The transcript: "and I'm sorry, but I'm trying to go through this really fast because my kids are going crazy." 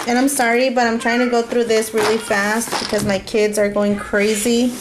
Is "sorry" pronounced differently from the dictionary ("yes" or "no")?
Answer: no